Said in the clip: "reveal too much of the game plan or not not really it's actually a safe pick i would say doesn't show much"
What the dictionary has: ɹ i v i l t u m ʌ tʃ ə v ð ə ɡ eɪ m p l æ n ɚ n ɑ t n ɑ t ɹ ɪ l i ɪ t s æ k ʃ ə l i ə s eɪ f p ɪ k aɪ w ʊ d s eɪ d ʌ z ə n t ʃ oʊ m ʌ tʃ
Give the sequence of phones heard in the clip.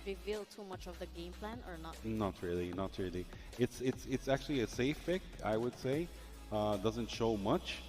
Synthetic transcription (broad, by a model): ɹ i v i l t u m ʌ tʃ ə v ð ə ɡ eɪ m p l æ n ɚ n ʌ t n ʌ t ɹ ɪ l i ɪ t s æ k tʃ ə l i ə s eɪ f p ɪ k aɪ w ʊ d s eɪ d ʌ z ə n t ʃ oʊ m ʌ tʃ